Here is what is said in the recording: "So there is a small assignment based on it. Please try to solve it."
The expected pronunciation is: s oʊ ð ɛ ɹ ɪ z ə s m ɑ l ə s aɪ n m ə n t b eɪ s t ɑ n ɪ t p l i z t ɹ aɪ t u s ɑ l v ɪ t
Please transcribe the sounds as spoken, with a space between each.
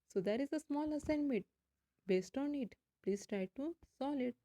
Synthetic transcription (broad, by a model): s oʊ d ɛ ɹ ɪ z ə s m ɑ l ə s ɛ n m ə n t b eɪ s t ɑ n ɪ t p l i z t ɹ aɪ t u s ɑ l ɪ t